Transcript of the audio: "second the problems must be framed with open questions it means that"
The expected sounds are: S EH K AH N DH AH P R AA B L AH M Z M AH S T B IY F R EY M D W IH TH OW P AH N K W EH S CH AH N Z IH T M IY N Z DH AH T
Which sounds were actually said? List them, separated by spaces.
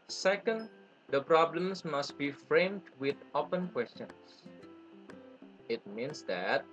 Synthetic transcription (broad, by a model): S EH K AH N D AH P R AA B L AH M S M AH S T B IY F R EY M D W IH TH OW P AH N K W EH S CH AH N S IH T M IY N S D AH T